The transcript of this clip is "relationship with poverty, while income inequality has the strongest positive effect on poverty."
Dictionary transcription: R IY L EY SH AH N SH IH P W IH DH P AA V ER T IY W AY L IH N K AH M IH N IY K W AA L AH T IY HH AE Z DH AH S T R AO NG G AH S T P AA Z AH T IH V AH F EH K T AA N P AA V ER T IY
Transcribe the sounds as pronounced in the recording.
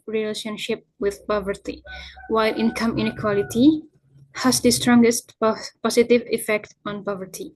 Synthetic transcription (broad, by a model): R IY L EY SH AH N SH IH P W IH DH P AA V ER T IY W AY L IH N K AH M IH N IY K W AA L AH T IY HH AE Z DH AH S T R AO NG G AH S T P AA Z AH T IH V AH F EH K T AA N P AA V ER T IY